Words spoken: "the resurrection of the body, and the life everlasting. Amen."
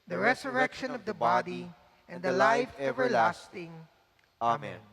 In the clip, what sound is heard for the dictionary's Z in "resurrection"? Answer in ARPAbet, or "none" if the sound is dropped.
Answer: S